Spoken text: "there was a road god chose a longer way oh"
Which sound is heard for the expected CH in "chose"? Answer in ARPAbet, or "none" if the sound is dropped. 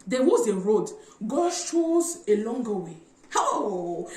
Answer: SH